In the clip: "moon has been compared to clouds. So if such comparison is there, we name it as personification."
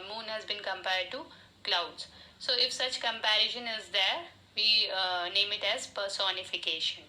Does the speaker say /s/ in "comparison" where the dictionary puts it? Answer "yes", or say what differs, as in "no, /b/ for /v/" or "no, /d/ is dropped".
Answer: no, /ʃ/ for /s/